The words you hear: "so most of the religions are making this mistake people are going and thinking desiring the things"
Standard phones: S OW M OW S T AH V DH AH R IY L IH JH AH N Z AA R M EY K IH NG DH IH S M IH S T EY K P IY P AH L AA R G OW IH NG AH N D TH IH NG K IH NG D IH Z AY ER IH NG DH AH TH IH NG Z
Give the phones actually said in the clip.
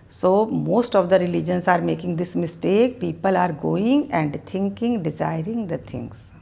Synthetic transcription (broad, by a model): S OW M OW S T AH V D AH R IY L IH JH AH N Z AA R M EY K IH NG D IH S M IH S T EY K P IY P AH L AA R G OW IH NG AH N D T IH NG K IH NG D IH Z AY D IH NG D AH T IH NG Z